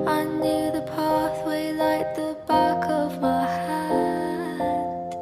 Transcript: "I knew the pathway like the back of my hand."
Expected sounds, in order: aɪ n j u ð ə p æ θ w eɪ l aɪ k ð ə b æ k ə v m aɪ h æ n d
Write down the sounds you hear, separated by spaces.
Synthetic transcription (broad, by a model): aɪ n j u ð ə p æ θ w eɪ l aɪ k ð ə b æ k ə v m aɪ h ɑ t